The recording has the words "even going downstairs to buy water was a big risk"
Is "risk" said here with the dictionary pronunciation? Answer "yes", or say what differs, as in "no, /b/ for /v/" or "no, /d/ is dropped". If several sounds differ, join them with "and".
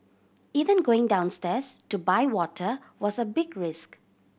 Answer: yes